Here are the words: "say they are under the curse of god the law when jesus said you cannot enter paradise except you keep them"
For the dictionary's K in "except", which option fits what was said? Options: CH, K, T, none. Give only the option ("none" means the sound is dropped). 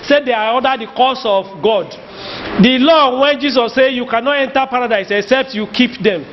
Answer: K